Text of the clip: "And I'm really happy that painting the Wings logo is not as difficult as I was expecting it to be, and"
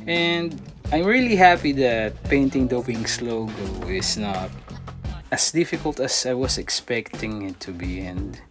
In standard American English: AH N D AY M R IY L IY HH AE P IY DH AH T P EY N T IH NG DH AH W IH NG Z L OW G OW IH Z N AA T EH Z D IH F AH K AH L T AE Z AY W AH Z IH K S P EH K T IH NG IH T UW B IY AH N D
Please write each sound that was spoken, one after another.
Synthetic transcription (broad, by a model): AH N D AY M R IY L IY HH AE P IY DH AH T P EY N T IH NG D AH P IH NG S L OW G OW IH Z N AA T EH S D IH F AH K AH L T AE S AY W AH S IH K S P EH K T IH NG IH T UW B IY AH N D